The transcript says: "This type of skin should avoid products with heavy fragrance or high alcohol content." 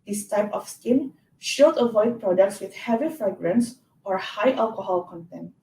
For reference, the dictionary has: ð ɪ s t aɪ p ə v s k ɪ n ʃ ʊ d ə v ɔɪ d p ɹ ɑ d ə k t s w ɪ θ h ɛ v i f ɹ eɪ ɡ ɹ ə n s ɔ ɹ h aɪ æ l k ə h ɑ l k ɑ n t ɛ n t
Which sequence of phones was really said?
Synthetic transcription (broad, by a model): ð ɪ s t aɪ p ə f s k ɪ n ʃ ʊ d ə v ɔɪ d p ɹ ɑ d ə k t s w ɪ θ h ɛ v i f ɹ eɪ ɡ ɹ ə n s ɔ ɹ h aɪ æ l k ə h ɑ l k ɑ n t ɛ n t